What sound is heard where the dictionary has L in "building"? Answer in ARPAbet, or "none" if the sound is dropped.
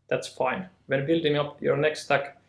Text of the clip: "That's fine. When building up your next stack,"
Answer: L